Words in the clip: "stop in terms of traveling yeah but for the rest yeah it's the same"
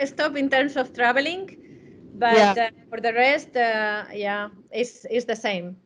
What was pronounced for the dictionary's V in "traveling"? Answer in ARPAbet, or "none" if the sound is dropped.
B